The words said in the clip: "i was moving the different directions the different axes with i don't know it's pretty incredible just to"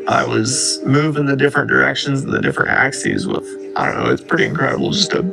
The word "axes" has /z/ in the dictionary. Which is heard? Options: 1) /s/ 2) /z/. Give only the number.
2